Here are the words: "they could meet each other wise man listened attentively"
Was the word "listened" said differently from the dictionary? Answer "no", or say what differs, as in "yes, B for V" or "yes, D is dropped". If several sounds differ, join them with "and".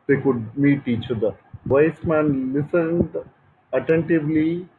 no